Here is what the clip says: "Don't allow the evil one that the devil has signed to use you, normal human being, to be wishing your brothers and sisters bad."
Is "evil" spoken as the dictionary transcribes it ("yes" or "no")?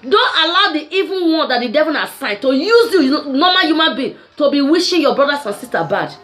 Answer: no